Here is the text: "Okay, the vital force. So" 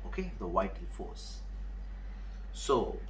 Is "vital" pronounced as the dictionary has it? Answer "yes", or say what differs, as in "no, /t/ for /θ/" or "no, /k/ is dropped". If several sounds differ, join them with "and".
no, /w/ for /v/ and /n/ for /l/